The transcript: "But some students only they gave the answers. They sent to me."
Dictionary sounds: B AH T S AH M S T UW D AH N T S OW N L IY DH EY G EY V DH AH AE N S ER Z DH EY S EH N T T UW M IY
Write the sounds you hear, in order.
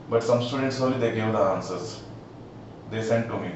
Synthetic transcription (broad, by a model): B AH T S AH M S T UW D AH N T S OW L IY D EY G EY V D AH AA N S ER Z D EY S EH N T T UW M IY